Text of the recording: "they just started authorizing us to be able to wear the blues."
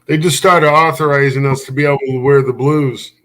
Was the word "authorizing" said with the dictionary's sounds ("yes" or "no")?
yes